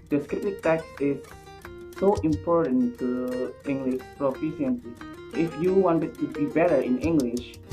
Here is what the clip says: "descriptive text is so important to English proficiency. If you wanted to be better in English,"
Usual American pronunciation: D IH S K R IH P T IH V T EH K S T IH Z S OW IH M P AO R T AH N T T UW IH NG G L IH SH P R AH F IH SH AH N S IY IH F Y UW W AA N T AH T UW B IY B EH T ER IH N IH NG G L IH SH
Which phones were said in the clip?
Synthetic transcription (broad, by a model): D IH S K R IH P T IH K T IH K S IH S OW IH M P AO R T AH N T T UW IH NG G L IH SH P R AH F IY S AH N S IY IH F Y UW W AA N T AH T UW B IY B EH T ER IH N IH NG G L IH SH